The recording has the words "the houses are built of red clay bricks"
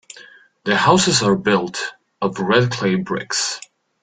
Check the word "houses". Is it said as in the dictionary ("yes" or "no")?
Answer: yes